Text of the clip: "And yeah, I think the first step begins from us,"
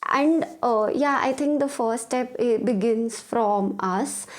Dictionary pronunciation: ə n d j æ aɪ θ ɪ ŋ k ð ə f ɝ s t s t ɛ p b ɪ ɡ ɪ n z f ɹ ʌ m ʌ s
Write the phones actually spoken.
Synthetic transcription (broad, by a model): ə n d j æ aɪ t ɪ ŋ k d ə f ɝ t s t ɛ p b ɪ ɡ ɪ n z f ɹ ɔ m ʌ s